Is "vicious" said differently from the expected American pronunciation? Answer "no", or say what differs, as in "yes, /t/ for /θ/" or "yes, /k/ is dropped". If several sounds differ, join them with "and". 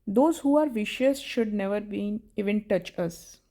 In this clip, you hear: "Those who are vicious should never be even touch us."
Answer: no